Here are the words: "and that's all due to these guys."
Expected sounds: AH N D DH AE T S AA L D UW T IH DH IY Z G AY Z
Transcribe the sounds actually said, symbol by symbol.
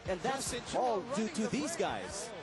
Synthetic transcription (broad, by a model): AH N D DH AE T S AA L D UW T IH DH IY Z G AY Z